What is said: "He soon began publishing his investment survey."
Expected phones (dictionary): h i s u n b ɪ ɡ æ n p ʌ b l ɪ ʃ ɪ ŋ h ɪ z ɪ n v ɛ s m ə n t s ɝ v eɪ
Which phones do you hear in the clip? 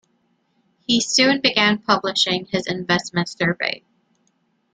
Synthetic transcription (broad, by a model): h i s u n b ɪ ɡ æ n p ʌ b l ɪ ʃ ɪ ŋ ɪ z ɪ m v ɛ s m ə n t s ɝ v eɪ